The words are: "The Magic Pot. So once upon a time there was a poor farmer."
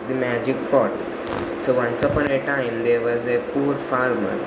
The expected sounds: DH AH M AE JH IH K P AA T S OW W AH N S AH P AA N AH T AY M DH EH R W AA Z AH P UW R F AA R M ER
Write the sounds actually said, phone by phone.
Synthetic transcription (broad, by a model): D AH M AE JH IH K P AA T S OW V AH N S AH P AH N AH T AY M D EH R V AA Z AH P UW R F AA R M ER